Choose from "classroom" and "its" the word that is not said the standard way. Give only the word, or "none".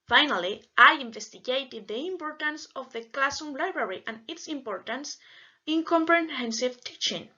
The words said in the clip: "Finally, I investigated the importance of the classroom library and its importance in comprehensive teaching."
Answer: classroom